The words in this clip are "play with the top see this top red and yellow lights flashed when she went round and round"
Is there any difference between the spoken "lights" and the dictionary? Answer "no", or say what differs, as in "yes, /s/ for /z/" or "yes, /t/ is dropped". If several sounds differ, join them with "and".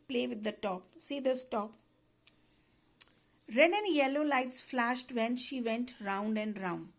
no